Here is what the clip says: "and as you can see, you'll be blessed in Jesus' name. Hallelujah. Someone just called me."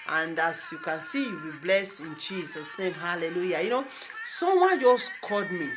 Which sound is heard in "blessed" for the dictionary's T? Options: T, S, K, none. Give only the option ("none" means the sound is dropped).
none